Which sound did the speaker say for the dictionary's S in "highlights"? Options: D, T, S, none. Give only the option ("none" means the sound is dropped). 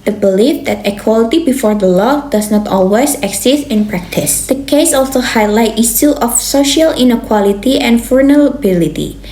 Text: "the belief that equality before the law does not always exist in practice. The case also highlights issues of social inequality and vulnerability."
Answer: none